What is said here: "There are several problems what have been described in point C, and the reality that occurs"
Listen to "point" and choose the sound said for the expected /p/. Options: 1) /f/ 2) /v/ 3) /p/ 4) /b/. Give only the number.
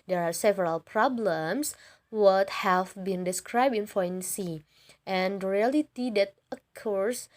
1